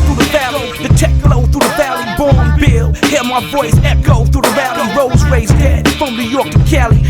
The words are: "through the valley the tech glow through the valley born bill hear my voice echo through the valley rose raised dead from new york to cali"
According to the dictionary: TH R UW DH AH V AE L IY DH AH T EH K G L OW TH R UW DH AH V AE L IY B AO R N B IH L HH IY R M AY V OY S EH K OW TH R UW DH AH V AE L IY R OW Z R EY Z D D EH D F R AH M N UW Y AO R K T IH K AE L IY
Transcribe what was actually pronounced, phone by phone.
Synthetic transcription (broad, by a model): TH R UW DH AH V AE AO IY DH AH T EH K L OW TH R UW DH AH V AE L IY B AO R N B IH L HH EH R M AY V OY S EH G OW TH R UW DH AH V AE L IY R OW Z R EY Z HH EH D F R AH M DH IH Y AO R K T IH K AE L IY